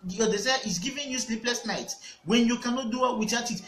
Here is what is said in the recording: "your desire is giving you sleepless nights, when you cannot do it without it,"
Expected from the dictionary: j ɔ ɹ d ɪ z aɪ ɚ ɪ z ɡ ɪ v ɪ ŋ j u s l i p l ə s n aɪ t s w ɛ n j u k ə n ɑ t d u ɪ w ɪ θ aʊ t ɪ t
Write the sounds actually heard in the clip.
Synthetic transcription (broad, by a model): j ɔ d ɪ s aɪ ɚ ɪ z ɡ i v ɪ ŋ j u s l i p l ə s n aɪ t w ɛ n j u k ə n ɑ t d u ɪ w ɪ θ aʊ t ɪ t